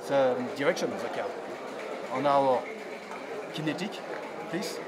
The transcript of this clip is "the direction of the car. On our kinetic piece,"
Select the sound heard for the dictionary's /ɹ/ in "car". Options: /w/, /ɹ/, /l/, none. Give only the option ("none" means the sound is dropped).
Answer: /l/